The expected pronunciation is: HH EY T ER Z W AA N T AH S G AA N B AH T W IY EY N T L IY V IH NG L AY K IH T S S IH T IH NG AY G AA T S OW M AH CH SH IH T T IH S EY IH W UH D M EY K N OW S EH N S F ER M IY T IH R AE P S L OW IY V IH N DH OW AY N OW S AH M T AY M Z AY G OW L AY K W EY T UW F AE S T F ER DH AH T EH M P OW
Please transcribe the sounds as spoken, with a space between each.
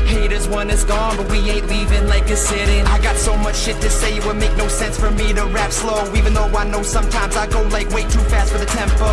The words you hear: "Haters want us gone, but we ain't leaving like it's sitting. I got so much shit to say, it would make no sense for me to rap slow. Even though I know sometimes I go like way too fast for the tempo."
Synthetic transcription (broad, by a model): HH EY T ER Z W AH N IH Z G AA N B AH T W IY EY T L IY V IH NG L AY K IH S S IH T IH NG AY G AA T S OW M AH CH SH IH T T IH S EY IH W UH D M EY K N OW S EH N S F ER M IY T IH R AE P S L OW IY V IH N DH OW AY N OW S AH M T AY M Z AY G OW L AY K W EY T UW F AE S T F ER DH AH T EH M P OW